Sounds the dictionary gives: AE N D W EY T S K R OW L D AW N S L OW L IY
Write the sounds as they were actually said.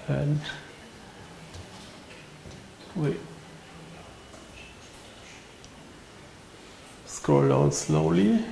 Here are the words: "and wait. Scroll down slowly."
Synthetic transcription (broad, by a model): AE N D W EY S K OW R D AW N S L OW L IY